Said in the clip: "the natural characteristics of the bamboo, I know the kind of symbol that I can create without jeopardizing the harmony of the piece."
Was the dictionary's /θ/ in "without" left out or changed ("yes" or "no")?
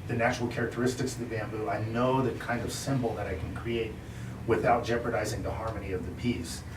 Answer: no